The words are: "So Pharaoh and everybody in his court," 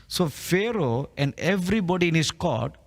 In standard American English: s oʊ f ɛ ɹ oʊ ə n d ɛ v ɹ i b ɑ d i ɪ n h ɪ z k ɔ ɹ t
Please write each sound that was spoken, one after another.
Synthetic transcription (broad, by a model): s oʊ f ɛ ɹ oʊ ə n d ɛ v ɹ i b ɑ d i ɪ n h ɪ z k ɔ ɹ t